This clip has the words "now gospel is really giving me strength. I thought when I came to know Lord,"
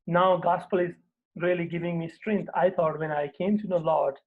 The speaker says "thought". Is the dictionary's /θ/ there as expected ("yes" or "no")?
no